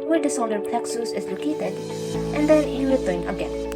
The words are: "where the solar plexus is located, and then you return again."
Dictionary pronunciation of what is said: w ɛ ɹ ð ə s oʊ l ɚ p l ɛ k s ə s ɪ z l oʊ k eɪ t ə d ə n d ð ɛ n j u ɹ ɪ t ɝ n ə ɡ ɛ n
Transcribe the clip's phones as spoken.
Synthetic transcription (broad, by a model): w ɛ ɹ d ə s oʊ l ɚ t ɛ k s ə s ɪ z l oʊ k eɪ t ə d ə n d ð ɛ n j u w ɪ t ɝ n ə ɡ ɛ n